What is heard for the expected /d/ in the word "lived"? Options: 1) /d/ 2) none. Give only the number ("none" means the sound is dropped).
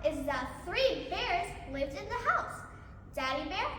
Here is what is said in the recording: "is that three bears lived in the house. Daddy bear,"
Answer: 1